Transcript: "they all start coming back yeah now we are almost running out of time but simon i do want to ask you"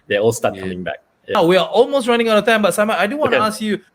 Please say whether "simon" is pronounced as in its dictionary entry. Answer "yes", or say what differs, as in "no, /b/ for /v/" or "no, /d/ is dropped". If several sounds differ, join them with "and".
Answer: no, /n/ is dropped